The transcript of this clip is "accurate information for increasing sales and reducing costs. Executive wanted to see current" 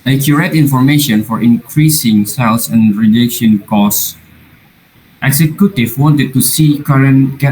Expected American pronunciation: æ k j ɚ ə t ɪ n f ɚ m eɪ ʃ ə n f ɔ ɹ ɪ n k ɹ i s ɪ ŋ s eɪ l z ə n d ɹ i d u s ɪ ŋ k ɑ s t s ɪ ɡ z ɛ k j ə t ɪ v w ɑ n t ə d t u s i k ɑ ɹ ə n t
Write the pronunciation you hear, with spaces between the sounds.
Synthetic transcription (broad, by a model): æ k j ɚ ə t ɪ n f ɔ m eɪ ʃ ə n f ɔ ɹ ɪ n k ɹ i s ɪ ŋ s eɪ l s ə n ɹ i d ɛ ʃ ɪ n k ɑ s t ɪ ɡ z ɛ k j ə t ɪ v w ɑ n t ə d t u s i k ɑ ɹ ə n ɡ